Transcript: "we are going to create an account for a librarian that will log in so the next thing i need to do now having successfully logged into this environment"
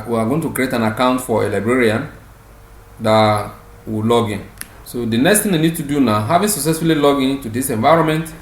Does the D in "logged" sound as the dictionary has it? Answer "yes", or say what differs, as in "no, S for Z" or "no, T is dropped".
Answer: no, D is dropped